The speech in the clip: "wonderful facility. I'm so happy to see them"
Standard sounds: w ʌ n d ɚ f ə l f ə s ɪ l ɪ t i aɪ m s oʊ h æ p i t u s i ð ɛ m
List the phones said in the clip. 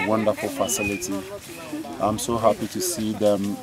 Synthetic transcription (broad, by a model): w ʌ n d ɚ f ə l f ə s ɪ l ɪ t i aɪ m s oʊ h æ p i t u s i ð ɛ m